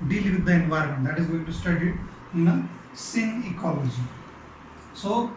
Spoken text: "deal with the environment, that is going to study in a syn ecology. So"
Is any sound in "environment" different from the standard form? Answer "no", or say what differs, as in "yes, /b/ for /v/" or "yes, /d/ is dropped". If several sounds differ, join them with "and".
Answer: no